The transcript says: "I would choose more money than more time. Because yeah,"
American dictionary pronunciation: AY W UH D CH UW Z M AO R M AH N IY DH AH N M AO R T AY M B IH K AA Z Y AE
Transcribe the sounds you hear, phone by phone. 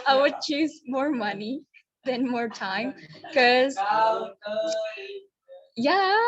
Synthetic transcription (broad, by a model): AY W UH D CH UW Z M AO R M AH N IY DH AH N M AO R T AY M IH K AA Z Y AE